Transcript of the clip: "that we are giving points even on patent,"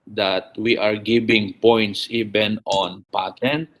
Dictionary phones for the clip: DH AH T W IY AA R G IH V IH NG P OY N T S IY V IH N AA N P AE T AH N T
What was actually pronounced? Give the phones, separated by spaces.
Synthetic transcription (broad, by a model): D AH T W IY AA R G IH B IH NG P OY N T S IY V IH N AA N P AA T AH N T